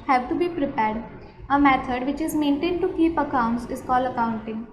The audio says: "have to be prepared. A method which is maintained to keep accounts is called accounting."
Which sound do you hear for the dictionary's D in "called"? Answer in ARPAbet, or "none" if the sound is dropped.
none